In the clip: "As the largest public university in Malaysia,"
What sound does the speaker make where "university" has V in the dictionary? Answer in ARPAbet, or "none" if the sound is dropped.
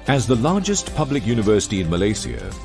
V